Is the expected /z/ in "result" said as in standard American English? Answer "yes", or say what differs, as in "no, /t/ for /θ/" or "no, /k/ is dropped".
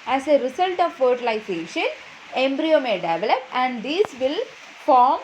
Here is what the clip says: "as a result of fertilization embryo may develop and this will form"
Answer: no, /s/ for /z/